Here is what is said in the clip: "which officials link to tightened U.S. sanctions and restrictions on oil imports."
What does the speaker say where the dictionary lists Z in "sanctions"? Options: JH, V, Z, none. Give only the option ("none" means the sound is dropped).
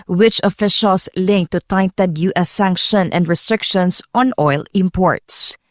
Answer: none